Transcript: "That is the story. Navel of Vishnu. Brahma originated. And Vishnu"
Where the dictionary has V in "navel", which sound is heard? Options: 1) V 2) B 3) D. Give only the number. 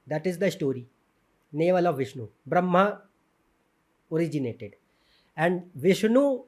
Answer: 1